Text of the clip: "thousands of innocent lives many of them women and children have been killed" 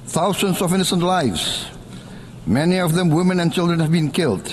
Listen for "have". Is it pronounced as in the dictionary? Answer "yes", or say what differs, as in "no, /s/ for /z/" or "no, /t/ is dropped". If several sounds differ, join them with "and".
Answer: yes